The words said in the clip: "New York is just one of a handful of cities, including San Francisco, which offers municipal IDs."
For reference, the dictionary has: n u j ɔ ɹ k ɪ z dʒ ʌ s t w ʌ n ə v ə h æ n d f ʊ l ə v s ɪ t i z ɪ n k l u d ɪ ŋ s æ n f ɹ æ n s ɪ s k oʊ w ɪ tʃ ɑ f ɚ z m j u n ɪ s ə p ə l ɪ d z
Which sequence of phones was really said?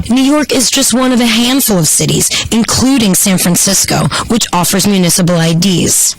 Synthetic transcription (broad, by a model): n u j ɔ ɹ k ɪ z dʒ ʌ s t w ʌ n ə v ə h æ n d f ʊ l ə v s ɪ t i z ɪ n k l u d ɪ ŋ s æ n f ɹ æ n s ɪ s k oʊ w ɪ tʃ ɑ f ɚ z m j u n ɪ s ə p l ɪ d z